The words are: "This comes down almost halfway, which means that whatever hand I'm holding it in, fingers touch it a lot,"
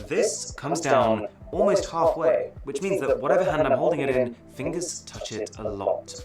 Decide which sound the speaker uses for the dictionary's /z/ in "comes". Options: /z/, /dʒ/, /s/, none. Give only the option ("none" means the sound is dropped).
/z/